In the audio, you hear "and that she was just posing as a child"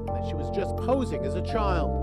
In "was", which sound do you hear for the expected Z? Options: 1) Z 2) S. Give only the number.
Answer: 1